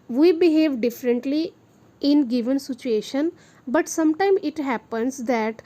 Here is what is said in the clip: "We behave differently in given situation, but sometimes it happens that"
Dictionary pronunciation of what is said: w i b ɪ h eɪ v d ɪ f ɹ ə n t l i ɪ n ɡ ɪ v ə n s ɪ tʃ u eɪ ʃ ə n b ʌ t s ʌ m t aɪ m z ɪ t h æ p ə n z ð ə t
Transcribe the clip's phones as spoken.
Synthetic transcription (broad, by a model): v i b ɪ h eɪ v d ɪ f ɹ ə n t l i ɪ n ɡ ɪ v ə n s ɪ tʃ u eɪ ʃ ə n b ʌ t s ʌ m t aɪ m ɪ t h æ p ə n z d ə t